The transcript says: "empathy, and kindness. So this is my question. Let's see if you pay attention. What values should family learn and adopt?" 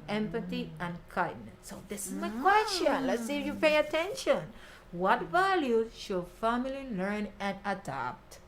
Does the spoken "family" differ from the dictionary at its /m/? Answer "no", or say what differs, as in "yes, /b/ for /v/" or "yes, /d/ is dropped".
no